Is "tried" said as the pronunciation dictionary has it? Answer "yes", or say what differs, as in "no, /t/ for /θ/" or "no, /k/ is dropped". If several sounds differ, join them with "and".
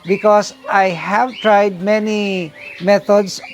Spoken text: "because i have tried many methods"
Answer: yes